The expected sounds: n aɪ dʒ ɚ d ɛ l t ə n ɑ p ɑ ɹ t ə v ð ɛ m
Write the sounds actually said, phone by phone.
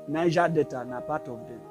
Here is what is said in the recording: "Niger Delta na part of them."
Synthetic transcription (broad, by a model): n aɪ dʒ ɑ d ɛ t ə n ɑ p ɑ t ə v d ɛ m